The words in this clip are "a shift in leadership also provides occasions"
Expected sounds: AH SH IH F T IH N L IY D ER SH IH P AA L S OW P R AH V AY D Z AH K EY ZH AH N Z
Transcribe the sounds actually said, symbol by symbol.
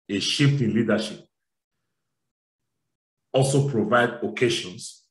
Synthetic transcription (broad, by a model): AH SH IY F T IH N L IY D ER SH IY P AA L S OW P R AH V AY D AH K EY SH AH N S